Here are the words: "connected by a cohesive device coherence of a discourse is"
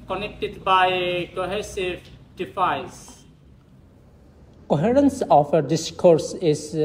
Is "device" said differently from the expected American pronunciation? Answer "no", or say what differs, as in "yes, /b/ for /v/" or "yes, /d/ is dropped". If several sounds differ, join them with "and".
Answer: yes, /f/ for /v/